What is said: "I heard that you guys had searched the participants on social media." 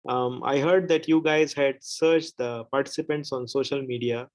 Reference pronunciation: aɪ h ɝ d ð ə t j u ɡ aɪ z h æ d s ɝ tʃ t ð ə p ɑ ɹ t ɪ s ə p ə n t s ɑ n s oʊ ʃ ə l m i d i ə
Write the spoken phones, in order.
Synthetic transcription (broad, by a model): aɪ h ɝ d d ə t j u ɡ aɪ z h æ d s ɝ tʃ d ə p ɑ ɹ t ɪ s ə p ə n t s ɑ n s oʊ ʃ ə l m i d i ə